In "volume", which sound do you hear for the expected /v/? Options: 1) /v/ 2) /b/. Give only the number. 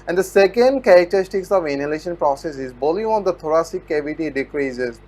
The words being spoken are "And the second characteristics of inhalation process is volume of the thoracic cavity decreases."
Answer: 2